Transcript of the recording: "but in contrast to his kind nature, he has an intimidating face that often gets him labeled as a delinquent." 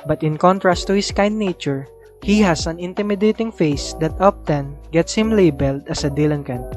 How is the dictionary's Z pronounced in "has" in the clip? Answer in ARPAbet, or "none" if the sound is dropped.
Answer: S